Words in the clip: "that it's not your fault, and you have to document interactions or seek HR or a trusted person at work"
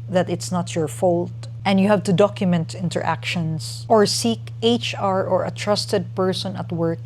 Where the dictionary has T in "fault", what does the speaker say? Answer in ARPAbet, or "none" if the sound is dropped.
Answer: T